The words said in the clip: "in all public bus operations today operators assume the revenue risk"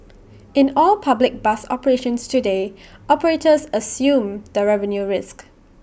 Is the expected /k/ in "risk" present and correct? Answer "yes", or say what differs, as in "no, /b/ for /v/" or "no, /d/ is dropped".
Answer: yes